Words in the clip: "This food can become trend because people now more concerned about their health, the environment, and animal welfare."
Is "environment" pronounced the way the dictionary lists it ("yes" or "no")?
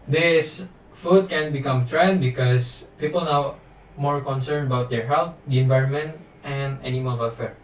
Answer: yes